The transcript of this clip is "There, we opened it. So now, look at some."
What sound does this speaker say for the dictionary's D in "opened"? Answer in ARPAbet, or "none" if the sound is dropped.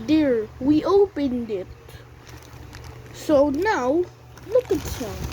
D